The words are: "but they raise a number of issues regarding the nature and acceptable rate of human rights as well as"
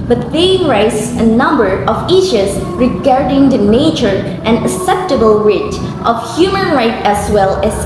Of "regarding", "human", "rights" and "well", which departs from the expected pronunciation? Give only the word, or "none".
rights